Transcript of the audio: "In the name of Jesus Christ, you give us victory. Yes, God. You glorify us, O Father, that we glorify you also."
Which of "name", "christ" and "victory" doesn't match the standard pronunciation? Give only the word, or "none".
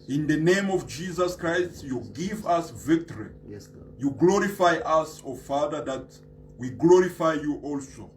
none